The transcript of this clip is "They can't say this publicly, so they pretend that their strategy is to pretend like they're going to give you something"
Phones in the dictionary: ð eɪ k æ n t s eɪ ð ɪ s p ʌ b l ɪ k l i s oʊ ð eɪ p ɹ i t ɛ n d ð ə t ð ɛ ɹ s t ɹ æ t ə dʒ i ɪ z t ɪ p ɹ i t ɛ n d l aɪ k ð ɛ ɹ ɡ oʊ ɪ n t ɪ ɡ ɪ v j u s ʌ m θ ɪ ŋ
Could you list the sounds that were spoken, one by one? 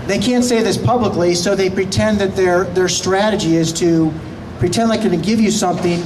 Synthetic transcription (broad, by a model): ð eɪ k æ n t s eɪ ð ɪ s p ʌ b l ɪ k l i s oʊ ð eɪ p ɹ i t ɛ n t ð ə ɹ ð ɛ ɹ s t ɹ æ t ə dʒ i ɪ z t ɪ p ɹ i t ɛ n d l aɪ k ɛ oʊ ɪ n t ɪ ɡ ɪ v j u s ʌ m θ ɪ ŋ